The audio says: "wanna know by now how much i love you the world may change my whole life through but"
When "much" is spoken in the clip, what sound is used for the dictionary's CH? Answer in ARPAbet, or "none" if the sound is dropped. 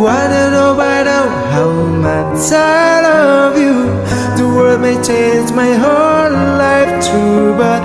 S